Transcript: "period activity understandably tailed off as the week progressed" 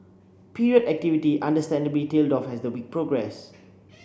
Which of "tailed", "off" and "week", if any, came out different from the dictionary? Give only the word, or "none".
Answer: none